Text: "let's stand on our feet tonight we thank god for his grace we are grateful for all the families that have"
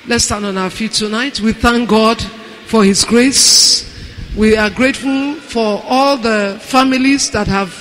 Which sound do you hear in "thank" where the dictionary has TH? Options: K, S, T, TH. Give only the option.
TH